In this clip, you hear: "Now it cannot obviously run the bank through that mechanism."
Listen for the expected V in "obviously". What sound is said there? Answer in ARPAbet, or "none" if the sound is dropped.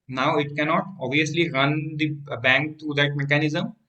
V